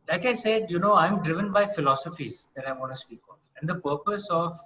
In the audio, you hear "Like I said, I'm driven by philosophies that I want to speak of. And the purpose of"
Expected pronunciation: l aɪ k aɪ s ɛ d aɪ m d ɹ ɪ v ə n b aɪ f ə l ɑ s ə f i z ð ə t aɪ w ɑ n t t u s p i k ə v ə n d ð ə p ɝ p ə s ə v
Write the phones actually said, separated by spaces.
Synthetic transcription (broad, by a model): l aɪ k aɪ s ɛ d aɪ m d ɹ ɪ v ə n b aɪ f ə l ɑ s ə f i z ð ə t aɪ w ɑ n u s p i k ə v ə n d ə p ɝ p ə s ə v